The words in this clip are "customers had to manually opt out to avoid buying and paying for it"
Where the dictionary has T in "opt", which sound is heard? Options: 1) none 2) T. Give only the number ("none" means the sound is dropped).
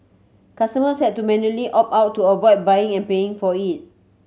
1